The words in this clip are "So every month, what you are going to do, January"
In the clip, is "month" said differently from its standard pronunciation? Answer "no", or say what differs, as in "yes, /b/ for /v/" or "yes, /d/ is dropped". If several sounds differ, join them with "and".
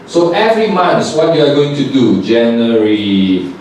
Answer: yes, /s/ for /θ/